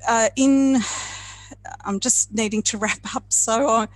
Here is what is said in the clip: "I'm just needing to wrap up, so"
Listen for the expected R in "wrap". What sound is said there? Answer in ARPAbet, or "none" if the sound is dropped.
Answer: R